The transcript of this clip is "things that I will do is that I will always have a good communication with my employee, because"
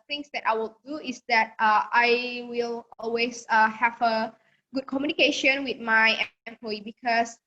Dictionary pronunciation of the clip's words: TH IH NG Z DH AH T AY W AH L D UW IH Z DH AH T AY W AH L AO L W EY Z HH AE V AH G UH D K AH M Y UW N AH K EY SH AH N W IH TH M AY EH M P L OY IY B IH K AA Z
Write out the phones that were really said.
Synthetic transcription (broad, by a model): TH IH NG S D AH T AY W AH L D UW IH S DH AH T AY W AH L AO L W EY S HH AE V AH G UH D K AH M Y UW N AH K EY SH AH N W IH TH M AY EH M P OY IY B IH K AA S